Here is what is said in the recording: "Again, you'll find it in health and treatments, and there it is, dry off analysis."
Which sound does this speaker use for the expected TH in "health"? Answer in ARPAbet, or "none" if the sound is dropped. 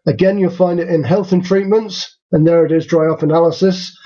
TH